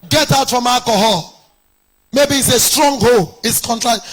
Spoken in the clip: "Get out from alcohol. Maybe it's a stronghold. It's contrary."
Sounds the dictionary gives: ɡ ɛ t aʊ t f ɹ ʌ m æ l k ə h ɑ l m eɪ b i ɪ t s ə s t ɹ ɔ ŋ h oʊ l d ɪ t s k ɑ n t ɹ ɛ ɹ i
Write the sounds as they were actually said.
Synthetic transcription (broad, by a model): ɡ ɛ t aʊ t f ɹ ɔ m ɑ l k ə h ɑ l m eɪ b i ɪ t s ə s t ɹ ɔ ŋ h oʊ l ɪ t s k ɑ n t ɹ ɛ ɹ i